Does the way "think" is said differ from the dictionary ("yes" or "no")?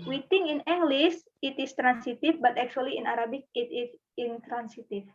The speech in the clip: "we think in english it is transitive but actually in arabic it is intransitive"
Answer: yes